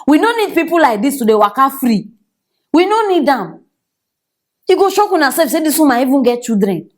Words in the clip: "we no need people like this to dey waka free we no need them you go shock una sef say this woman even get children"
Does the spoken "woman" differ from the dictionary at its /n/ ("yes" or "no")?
yes